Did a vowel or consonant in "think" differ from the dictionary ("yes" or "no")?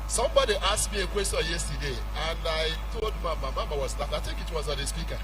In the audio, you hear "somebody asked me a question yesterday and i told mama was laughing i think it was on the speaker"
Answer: yes